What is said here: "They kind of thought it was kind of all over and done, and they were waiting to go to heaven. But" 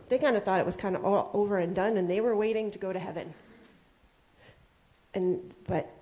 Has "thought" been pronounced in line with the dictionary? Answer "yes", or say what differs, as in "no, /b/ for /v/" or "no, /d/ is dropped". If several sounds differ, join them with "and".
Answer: yes